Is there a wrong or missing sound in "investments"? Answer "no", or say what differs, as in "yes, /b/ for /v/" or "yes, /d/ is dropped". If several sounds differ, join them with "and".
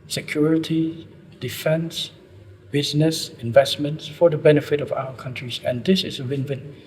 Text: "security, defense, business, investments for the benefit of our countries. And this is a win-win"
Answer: no